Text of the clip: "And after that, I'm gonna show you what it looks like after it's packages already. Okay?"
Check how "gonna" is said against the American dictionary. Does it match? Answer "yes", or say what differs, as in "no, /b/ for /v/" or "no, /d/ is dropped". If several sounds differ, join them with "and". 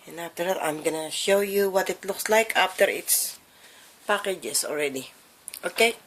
yes